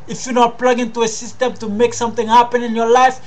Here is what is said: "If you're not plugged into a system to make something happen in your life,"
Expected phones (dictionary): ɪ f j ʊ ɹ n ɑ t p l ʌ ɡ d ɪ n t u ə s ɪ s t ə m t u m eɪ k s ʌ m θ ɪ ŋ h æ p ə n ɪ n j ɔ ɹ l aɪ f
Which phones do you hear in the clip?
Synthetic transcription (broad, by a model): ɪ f j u n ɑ p l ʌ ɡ ɪ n t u ə s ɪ s t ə m t u m eɪ k s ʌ m t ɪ ŋ h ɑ p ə n ɪ n j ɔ l aɪ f